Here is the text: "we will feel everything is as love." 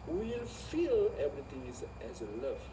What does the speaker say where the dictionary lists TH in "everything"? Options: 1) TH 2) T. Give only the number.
2